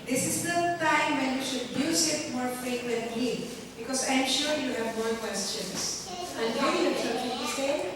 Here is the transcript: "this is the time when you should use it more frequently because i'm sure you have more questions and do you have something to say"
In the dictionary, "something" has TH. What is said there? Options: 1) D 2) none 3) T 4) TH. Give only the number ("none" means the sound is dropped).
3